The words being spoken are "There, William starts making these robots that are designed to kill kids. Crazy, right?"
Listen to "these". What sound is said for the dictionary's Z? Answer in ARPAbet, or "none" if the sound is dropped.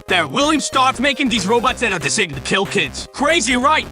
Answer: Z